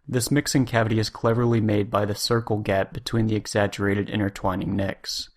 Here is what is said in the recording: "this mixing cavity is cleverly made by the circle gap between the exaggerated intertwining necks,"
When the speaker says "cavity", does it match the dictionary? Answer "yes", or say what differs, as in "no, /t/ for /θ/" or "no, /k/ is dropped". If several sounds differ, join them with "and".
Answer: yes